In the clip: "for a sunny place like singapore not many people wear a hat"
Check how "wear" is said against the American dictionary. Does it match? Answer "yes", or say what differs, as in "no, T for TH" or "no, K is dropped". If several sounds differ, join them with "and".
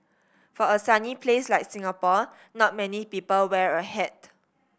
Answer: yes